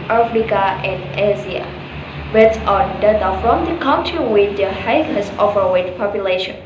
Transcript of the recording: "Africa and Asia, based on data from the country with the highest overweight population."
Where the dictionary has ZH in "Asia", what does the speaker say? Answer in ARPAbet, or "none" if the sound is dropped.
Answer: Z